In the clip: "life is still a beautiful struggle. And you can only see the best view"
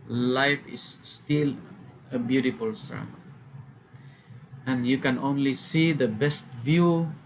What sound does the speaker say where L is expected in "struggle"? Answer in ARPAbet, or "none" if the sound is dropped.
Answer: N